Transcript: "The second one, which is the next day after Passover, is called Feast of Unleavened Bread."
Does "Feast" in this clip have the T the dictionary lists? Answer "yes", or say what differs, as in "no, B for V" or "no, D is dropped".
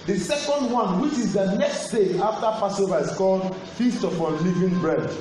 yes